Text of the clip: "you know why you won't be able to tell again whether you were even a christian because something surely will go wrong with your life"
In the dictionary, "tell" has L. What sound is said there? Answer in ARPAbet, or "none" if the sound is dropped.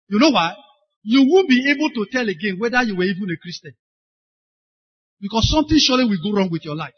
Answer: L